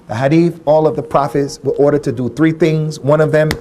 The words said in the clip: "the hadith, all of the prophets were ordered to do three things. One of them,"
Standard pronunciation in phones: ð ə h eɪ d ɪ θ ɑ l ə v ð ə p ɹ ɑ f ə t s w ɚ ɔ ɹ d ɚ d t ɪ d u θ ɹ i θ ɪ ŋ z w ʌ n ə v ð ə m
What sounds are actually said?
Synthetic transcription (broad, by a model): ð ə h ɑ d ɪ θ ɑ l ə v ð ə p ɹ ɑ f ə t s w ɚ ɔ ɹ d ɚ d t ɪ d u θ ɹ i θ ɪ ŋ z w ʌ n ə v ð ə m